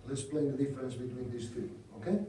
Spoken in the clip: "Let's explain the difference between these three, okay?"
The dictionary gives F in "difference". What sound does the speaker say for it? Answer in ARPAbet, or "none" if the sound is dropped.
none